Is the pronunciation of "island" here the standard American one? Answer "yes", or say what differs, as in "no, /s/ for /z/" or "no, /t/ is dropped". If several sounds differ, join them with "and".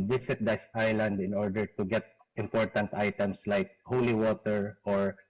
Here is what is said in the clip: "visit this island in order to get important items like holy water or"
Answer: yes